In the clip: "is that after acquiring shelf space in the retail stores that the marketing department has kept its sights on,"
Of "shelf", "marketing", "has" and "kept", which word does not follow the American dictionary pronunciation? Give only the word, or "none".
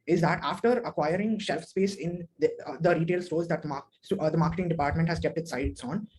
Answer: none